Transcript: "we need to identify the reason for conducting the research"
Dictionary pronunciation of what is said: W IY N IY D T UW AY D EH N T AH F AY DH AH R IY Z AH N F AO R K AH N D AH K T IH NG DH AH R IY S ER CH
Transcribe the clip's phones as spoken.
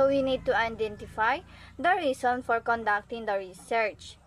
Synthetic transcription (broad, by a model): W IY N IY D T UW AY D EH N T AH F AY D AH R IY S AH N F AO R K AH N D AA K T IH NG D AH R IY S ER CH